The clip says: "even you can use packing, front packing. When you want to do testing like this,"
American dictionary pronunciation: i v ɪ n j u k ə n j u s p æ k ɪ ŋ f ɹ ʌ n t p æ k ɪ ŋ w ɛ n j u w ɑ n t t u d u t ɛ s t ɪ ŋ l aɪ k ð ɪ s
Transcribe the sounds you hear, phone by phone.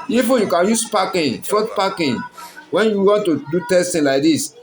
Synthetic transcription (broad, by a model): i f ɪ j u k ə n j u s p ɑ k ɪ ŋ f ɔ t p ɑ k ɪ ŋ w ɛ n j u w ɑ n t t u d u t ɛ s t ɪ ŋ l aɪ k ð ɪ s